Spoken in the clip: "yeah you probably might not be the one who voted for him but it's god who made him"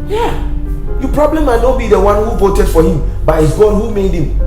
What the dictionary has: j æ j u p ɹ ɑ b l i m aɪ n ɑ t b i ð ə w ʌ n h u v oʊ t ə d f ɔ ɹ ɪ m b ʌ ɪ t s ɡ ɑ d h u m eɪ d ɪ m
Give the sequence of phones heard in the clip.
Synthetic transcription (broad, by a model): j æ j u p ɹ ɑ b l i m aɪ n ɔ b i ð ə w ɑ n h u v oʊ t ə d f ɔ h ɪ m b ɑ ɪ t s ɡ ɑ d h u m eɪ d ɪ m